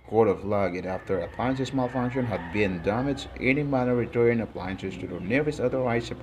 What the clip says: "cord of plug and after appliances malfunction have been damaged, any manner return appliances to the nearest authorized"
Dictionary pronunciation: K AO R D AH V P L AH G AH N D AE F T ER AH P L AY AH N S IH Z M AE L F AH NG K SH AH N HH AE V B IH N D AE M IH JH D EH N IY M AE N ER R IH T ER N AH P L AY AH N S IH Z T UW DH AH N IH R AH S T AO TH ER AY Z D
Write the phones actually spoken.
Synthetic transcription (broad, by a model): K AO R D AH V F L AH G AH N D AE F T ER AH P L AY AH N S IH S M AE L F AH NG K SH AH N HH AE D B IH N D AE M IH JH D EH N IY M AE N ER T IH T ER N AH P L AY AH N S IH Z T UW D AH N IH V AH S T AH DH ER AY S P